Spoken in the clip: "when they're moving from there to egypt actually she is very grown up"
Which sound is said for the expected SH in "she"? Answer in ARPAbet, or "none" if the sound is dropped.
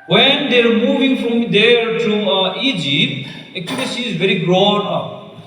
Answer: S